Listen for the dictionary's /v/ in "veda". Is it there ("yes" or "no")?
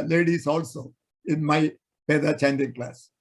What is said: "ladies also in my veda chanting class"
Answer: no